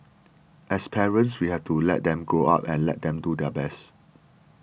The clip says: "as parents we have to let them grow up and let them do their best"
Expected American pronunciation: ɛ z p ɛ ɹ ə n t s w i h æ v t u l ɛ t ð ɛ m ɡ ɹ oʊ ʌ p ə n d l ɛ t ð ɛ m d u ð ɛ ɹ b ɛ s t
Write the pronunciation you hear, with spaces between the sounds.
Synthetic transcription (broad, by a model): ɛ s p ɛ ɹ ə n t s w i h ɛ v t u l ɛ t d ɛ m ɡ oʊ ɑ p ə n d l ɛ t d ɛ m d u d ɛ b ɛ s t